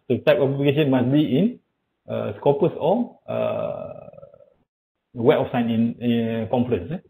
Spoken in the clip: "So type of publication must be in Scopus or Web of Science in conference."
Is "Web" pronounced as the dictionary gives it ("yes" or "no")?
no